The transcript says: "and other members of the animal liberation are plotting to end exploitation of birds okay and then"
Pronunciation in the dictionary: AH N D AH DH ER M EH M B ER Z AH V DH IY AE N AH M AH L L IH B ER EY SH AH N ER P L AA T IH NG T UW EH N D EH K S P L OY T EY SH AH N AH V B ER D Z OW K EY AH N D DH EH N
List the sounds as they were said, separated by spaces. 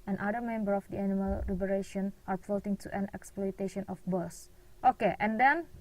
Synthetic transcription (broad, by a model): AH N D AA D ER M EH M B ER AH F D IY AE N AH M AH L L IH B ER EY SH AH N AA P AA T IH NG T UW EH N EH K S P L OY T EY SH AH N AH F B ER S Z OW K EY AH N D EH N